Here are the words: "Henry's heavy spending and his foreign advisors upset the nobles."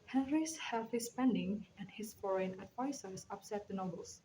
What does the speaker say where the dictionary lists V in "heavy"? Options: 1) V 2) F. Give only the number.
2